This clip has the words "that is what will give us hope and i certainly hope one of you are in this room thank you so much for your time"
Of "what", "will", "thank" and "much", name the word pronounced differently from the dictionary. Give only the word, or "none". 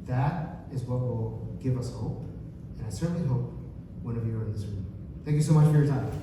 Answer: none